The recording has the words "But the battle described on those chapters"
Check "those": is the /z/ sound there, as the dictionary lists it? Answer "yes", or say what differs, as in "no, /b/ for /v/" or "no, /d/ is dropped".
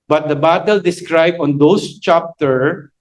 no, /s/ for /z/